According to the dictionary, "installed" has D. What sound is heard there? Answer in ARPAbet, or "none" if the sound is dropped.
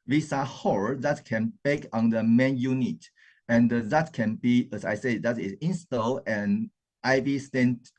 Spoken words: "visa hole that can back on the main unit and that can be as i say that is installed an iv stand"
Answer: none